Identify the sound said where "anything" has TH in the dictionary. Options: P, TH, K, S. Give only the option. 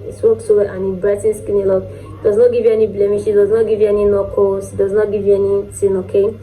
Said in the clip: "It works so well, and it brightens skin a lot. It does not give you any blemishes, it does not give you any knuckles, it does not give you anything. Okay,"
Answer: S